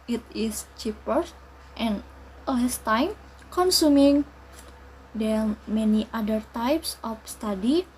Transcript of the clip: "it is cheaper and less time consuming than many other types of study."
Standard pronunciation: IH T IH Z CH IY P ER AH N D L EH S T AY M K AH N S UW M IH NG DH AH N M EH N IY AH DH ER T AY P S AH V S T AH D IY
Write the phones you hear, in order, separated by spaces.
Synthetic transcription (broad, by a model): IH T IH S CH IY P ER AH N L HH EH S T AY M K AH N S UW M IH NG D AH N M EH N IY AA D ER T AY P S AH F S T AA D IY